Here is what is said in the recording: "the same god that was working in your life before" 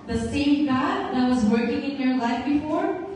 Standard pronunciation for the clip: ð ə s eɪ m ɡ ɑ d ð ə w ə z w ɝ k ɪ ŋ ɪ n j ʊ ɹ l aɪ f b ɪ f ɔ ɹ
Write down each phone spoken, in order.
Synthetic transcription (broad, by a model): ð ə s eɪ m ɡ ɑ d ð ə w ə z w ɝ k ɪ ŋ ɪ n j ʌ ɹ l aɪ f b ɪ f ɔ ɹ